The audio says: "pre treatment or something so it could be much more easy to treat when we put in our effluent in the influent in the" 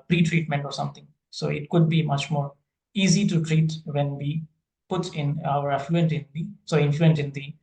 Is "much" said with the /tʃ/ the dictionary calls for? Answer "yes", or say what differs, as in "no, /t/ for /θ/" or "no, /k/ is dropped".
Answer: yes